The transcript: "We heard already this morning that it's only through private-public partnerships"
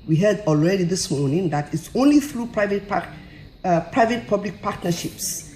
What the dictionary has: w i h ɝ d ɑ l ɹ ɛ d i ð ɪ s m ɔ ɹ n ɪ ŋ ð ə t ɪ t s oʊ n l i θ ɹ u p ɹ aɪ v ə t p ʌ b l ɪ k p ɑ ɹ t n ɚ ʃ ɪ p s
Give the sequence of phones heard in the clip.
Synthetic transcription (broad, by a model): w i h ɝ d ɑ l ɹ ɛ d i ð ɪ s m ɔ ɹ n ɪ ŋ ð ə t ɪ t s oʊ n l i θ ɹ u p ɹ aɪ v ə t p ʌ b l ɪ k p ɑ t n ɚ ʃ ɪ p s